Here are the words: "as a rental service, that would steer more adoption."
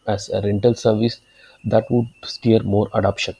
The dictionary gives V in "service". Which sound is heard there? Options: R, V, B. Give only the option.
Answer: V